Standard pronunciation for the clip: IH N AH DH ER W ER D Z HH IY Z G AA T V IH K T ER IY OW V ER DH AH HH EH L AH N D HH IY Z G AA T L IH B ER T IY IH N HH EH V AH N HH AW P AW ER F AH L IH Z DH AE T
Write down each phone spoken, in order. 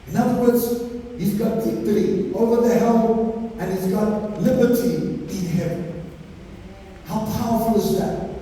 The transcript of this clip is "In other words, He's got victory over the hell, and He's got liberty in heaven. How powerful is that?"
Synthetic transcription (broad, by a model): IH N AH DH ER W ER D Z HH IY Z G AA T B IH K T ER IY OW V ER DH AH HH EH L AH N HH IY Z G AA T L IH B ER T IY IH N HH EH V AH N HH AW P AW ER F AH L IH Z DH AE T